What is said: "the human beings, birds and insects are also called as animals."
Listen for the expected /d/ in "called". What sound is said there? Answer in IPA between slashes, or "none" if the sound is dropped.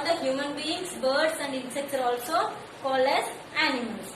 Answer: none